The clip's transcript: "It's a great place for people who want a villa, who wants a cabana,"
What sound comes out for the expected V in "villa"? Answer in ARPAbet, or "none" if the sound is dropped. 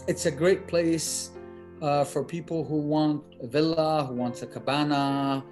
V